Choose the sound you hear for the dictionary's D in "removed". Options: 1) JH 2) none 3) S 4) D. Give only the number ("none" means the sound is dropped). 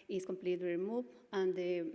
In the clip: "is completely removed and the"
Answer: 2